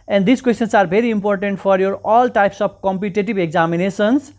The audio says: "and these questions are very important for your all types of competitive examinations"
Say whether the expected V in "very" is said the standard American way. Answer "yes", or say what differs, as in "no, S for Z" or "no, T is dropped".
no, B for V